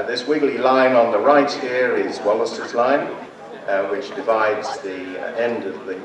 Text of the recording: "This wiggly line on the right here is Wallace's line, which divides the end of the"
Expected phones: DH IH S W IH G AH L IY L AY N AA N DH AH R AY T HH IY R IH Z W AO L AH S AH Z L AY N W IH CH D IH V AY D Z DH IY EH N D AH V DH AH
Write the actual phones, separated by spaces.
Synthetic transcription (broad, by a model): DH IH S W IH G L IY L AY N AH N DH AH R AY T HH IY R IH Z W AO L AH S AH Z L AY N W IH CH D IH V AY D Z DH IY EH N D AH V DH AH